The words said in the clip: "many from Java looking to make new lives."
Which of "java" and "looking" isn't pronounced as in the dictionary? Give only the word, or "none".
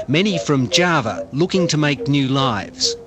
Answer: none